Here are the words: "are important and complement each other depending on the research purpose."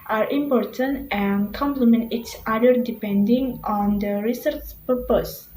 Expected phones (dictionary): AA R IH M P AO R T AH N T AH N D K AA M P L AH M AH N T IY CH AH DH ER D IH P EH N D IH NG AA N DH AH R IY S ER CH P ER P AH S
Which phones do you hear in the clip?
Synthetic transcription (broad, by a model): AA R IH M P AO R T AH N T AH N K AA M P L AH M AH N T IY S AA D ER D IH P EH N D IH NG AA N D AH R IY S ER CH P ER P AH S